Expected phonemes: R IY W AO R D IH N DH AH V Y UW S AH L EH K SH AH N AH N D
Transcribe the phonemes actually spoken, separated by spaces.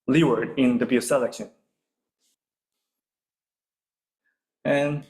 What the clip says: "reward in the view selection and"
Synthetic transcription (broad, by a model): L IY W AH R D IH N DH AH B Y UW S AH L EH K SH AH N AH N